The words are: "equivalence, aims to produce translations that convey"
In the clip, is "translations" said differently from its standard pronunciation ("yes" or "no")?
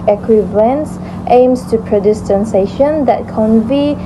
yes